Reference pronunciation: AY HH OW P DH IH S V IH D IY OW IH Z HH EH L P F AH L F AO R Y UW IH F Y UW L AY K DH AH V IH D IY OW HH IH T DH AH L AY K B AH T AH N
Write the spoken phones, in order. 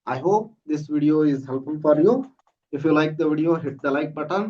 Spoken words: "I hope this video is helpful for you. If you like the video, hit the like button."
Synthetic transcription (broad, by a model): AY HH OW P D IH S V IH D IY OW IH Z HH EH L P AH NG F AO R Y UW IH F Y UW L AY K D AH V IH D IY OW HH IH T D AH L AY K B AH T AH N